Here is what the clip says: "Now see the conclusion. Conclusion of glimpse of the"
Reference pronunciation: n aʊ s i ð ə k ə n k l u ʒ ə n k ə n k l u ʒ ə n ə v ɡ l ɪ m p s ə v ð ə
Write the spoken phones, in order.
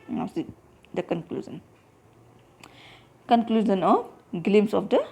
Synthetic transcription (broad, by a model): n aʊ s i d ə k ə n k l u z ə n k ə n k l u z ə n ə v ɡ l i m s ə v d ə